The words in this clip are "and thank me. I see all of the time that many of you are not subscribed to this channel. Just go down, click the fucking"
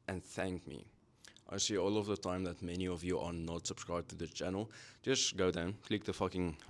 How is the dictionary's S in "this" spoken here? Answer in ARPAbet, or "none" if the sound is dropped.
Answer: none